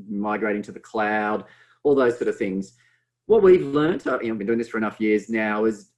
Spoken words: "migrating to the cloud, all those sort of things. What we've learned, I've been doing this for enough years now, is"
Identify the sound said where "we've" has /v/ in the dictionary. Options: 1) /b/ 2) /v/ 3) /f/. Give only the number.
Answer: 2